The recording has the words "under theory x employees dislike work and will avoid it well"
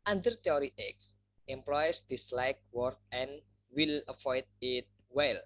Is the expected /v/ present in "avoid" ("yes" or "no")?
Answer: no